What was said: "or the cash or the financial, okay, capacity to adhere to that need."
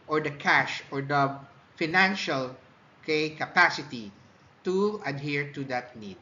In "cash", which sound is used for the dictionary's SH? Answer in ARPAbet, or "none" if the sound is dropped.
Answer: SH